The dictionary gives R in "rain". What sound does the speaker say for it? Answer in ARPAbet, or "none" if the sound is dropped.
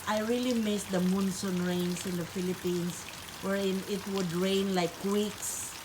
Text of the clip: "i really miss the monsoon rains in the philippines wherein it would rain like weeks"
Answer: R